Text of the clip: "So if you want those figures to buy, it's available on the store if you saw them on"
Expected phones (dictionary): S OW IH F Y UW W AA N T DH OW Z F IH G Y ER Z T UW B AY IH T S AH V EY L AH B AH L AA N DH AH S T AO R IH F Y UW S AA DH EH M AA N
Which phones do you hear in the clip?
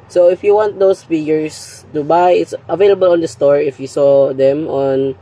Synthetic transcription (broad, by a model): S OW IH F Y UW W AA N T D OW S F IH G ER S T UW B AY IH T S AH V EY L AH B AH L AA N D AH S T AO R IH F Y UW S AA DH EH M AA N